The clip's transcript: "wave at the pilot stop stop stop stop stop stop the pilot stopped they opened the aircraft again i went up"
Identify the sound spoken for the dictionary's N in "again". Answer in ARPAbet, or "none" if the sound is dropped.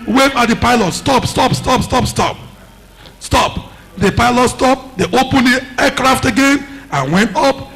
N